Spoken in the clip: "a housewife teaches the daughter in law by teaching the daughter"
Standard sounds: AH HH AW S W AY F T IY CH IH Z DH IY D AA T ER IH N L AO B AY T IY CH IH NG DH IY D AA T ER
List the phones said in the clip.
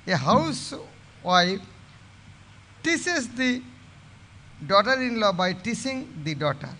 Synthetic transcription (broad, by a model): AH HH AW S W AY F T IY S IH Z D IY D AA T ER IH N L AO B AY T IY S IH NG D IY D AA T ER